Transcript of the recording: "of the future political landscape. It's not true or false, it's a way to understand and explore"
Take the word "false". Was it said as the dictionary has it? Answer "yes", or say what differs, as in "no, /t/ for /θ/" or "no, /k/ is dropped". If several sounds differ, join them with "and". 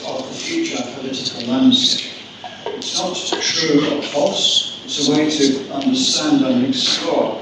no, /p/ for /f/ and /l/ is dropped